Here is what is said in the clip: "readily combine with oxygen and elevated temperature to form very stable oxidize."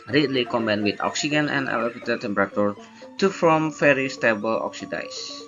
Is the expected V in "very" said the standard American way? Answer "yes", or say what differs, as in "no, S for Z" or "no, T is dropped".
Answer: no, F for V